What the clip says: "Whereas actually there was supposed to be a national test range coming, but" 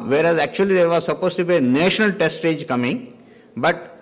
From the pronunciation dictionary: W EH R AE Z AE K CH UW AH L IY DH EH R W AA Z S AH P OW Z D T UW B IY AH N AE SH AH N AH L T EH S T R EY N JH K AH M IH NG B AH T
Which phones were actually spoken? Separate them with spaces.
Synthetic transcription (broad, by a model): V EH R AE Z AE K CH UW AH L IY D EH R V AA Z S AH P OW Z T UW B IY AH N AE SH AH N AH L T EH S T EY JH K AH M IH NG B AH T